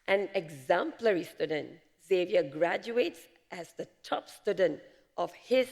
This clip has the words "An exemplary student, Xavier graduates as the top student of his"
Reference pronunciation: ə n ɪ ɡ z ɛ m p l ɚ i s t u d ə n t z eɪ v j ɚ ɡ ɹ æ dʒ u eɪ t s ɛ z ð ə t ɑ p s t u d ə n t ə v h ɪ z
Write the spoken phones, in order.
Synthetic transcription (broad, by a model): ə n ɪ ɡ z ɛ m p l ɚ i s t u d ə n t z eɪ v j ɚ ɡ ɹ æ dʒ u eɪ t s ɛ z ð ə t ɑ p s t u d ə n t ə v h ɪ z